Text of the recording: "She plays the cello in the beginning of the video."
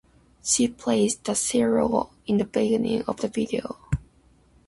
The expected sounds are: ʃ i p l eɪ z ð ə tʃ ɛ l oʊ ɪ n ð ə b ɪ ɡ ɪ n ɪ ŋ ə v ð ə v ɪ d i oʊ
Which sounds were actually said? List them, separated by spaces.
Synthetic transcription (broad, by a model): ʃ i p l eɪ s ð ə s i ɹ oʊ ɪ n ð ə b ɪ ɡ ɪ n ɪ ŋ ə v ð ə v ɪ d i oʊ